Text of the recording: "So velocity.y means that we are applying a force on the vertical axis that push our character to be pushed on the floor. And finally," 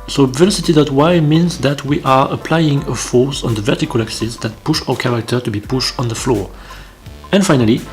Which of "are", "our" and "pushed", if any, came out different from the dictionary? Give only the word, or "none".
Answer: none